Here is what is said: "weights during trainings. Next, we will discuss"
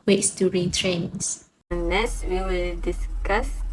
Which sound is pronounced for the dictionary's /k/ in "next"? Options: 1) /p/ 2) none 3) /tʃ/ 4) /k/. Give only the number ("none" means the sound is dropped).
2